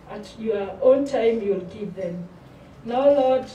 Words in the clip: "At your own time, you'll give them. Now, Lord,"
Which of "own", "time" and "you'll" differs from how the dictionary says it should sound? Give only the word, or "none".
none